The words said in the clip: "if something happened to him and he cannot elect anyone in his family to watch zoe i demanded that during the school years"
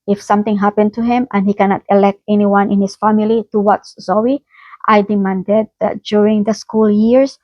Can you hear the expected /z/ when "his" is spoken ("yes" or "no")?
no